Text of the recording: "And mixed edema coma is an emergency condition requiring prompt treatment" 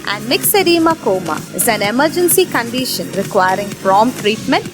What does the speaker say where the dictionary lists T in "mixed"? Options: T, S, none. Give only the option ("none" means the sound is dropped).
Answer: none